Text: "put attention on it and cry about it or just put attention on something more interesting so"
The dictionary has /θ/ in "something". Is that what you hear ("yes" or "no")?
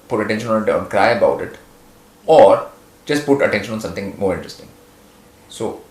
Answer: no